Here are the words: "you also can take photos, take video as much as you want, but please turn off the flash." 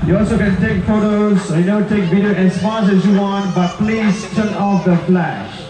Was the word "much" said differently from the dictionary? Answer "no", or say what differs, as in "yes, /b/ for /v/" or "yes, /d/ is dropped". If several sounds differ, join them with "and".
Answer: yes, /s/ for /tʃ/